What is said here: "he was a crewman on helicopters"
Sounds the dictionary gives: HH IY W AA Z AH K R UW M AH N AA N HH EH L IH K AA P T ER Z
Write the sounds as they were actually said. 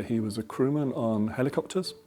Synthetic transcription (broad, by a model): HH IY W AA Z AH K R UW M AH N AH N HH EH L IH K AA P T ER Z